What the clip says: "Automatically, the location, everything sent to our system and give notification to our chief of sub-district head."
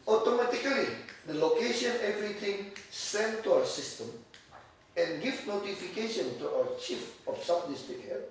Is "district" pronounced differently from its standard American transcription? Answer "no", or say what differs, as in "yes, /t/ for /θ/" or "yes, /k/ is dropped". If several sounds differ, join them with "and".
yes, /ɹ/ is dropped